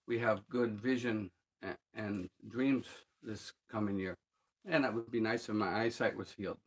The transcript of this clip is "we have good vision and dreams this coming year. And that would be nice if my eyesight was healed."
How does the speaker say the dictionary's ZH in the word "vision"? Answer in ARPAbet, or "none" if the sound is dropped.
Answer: ZH